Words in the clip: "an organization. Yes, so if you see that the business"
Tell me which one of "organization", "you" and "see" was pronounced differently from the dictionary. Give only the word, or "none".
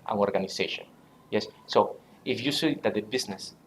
organization